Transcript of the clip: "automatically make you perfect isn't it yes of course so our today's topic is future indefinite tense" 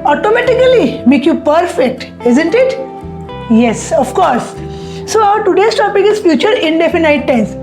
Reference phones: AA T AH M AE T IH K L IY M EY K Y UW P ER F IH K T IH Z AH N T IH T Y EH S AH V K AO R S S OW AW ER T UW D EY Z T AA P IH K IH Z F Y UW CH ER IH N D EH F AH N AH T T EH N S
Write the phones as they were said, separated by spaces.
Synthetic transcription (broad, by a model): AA T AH M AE T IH K L IY M EY K Y UW P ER F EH K T IH Z AH N T IH T Y EH S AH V K AO R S S OW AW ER T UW D EY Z T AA P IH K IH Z F Y UW CH ER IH N D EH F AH N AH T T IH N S